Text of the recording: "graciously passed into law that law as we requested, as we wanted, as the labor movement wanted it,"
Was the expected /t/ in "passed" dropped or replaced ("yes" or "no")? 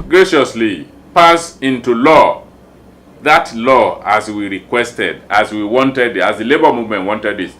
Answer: yes